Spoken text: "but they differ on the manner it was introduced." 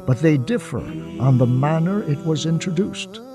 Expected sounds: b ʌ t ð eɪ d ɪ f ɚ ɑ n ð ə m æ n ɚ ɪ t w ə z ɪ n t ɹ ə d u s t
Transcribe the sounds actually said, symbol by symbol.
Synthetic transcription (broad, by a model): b ʌ t ð eɪ d ɪ f ɚ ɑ n ð ə m æ n ɚ ɪ t w ə z ɪ n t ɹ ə d u s t